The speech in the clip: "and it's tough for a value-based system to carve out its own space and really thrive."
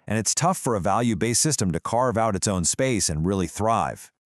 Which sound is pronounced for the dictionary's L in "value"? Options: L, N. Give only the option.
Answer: L